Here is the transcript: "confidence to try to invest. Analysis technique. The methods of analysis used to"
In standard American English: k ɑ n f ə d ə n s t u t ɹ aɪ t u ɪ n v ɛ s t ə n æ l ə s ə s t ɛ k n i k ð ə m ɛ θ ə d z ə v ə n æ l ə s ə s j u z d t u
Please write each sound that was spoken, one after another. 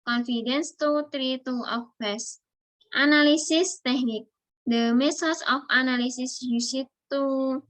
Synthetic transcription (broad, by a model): k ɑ n f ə d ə n s t u t ɹ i t u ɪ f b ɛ s t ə n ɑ l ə s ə s t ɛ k n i k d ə m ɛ s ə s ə f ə n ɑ l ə s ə s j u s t t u